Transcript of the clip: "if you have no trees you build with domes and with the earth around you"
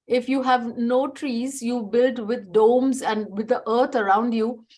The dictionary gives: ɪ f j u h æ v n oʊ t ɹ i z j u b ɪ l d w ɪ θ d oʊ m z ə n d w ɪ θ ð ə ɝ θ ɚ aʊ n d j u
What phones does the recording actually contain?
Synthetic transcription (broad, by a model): ɪ f j u h æ v n oʊ t ɹ i z j u b ɪ l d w ɪ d d oʊ m z ə n d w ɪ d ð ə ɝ t ɚ aʊ n d j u